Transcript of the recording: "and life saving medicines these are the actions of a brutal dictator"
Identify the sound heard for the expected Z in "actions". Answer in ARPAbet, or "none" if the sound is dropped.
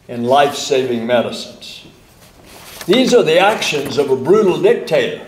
Z